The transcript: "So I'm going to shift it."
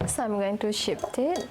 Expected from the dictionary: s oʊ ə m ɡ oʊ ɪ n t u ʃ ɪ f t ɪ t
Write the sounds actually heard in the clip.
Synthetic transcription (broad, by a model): s ə m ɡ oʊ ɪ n t u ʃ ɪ p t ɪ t